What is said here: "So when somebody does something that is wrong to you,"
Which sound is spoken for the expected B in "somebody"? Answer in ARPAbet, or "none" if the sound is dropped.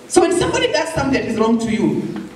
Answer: B